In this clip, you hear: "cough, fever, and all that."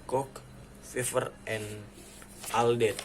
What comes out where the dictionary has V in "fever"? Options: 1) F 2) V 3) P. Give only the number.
1